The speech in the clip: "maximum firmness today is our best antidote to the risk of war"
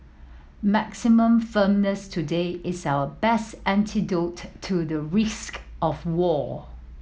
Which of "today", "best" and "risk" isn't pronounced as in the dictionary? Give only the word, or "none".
none